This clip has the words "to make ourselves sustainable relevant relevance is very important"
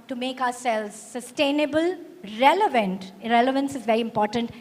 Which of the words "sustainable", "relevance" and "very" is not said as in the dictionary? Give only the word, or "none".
none